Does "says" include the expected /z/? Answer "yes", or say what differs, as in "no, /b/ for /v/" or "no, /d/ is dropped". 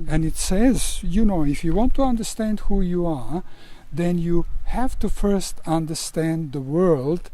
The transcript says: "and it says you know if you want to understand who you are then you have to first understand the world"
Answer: yes